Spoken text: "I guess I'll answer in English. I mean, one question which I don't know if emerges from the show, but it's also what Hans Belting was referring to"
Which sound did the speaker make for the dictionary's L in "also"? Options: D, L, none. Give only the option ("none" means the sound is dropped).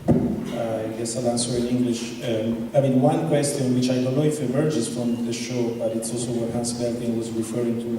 L